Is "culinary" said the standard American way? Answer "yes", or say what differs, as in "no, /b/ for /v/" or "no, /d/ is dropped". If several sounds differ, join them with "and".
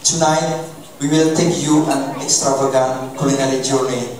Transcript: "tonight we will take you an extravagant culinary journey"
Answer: no, /l/ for /ɹ/